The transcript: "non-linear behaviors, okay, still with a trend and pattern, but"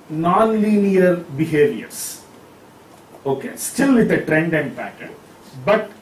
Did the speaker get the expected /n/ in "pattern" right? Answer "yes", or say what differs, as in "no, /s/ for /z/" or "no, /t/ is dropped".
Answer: no, /l/ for /n/